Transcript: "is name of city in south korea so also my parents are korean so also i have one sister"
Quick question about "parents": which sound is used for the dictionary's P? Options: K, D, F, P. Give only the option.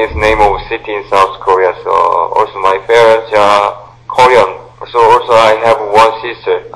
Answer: F